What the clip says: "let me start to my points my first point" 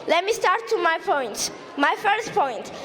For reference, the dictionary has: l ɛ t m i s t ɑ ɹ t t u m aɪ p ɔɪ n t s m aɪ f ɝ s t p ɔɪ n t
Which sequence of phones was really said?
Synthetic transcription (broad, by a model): l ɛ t m i s t ɑ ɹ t t u m aɪ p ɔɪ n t m aɪ f ɝ s t p ɔɪ n t